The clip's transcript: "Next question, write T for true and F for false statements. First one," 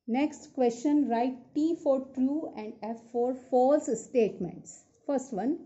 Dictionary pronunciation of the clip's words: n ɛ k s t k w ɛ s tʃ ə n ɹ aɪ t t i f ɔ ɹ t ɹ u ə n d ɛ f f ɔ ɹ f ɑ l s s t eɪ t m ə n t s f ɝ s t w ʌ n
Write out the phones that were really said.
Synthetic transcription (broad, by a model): n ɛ k s t k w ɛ s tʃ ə n ɹ aɪ t t i f ɔ ɹ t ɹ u ə n d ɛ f f ɔ ɹ f ɑ l s s t eɪ t m ə n t s f ɝ s t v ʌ n